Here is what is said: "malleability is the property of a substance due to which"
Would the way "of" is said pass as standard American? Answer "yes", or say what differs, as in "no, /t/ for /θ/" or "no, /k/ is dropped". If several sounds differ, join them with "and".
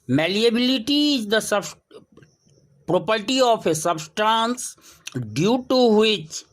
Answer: no, /p/ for /v/